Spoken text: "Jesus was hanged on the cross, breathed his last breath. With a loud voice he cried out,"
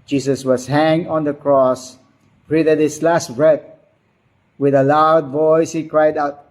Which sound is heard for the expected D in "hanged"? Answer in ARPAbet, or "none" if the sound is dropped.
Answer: none